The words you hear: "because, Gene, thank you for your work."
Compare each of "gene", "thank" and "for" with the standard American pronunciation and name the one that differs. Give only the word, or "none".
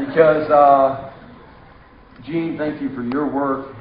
none